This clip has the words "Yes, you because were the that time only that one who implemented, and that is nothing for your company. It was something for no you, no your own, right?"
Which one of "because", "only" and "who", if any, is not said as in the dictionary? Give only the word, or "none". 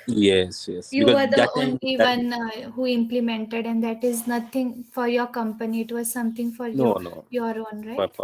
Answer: because